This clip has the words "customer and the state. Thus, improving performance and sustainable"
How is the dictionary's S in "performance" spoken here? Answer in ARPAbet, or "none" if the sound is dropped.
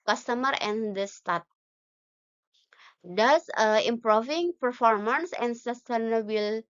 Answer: S